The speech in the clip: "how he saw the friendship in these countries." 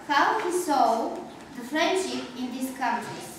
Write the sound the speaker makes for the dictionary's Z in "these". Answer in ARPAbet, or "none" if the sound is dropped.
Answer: S